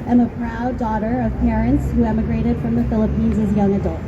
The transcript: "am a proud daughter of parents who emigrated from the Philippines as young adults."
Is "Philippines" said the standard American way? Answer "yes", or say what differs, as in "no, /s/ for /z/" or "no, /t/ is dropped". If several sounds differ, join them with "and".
yes